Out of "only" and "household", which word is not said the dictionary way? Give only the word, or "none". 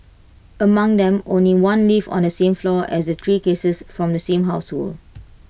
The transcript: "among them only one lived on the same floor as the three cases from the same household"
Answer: household